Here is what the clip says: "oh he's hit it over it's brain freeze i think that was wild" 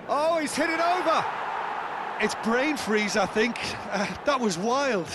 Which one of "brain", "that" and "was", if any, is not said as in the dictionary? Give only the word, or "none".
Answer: none